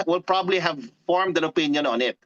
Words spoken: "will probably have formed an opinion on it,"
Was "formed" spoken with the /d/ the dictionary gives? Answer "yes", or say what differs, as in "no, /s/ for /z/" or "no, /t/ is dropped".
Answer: yes